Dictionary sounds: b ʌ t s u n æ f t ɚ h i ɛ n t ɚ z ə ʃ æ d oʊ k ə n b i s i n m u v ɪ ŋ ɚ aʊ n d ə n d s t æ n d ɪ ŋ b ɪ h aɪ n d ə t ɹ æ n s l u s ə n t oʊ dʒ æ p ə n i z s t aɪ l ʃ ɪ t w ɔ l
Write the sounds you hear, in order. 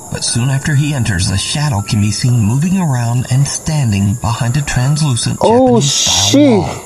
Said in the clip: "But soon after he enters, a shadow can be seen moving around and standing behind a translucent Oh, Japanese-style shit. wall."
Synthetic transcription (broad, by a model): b ʌ t s u n æ f t ɚ i ɛ n t ɚ z ə ʃ æ d oʊ k ə n b i s i n m u v ɪ ŋ ɚ aʊ n d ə n s t æ n d ɪ ŋ b ɪ h aɪ n d ə t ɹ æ n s l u s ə n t oʊ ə i